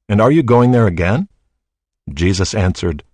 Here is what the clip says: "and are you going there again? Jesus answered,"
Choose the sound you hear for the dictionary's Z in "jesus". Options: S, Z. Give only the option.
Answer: Z